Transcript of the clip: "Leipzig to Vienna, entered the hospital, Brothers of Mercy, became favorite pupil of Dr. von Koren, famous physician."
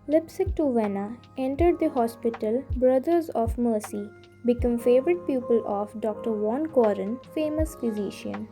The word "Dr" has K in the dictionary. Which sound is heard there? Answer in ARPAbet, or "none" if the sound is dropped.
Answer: K